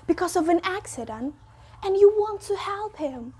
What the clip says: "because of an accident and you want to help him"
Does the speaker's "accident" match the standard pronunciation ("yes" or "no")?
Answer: yes